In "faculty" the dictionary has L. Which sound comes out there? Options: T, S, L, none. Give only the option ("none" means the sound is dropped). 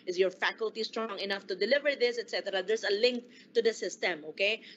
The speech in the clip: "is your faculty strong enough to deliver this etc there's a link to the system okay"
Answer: L